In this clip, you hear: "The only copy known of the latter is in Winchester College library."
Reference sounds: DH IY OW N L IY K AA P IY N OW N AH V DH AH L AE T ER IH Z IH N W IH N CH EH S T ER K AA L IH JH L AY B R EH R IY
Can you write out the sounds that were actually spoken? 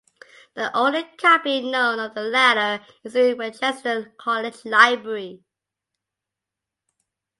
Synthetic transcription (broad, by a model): DH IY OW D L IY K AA B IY N OW N AH V DH AH L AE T ER IH Z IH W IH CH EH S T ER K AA L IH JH L AY B R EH R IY